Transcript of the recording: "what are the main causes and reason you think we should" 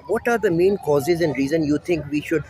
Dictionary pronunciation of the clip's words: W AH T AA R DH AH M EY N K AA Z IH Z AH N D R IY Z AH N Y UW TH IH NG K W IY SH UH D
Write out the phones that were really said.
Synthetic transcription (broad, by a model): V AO T AA R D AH M EY N K AA Z IH Z AH N D R IY Z AH N Y UW T IH NG K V IY SH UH D